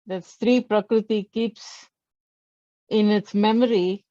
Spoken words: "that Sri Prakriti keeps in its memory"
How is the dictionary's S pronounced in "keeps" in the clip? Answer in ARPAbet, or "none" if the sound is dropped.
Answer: S